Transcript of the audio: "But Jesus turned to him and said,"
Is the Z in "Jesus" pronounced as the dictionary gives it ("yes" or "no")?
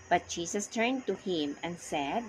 no